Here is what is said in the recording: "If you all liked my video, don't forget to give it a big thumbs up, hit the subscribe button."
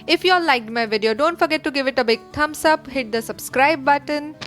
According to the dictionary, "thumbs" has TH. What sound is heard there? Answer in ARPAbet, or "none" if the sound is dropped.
T